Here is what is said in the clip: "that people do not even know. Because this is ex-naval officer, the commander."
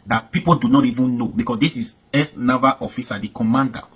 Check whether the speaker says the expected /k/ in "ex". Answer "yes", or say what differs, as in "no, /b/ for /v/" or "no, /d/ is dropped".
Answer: no, /k/ is dropped